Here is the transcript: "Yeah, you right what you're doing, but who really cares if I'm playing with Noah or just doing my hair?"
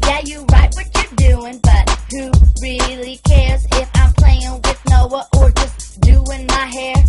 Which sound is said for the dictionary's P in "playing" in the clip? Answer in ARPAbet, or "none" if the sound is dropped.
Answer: P